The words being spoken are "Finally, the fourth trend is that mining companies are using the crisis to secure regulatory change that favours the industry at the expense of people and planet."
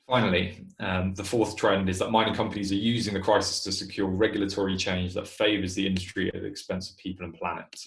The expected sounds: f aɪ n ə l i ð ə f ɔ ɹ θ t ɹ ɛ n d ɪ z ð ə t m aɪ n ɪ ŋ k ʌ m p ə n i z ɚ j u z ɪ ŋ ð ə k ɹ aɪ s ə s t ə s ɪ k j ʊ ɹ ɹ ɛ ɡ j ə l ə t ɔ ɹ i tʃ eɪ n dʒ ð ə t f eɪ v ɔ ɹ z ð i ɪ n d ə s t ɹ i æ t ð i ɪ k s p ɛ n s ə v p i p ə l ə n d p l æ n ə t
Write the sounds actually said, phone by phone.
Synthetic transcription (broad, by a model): f aɪ n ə l i ð ə f ɔ θ t ɹ ɛ n d ɪ z ð ə t m aɪ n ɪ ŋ k ʌ m p ə n i z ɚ j u z ɪ ŋ ð ə k ɹ aɪ s ə s t ə s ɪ k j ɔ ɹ ɹ ɛ ɡ j l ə t ɔ ɹ i tʃ eɪ n dʒ ð ə t f eɪ v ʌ z ð i ɪ n d ə s t ɹ i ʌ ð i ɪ k s p ɛ n s ə v p i p ə l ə n p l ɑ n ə t